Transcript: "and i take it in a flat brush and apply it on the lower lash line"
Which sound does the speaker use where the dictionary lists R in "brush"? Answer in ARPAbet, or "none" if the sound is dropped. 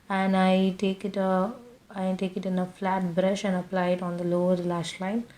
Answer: R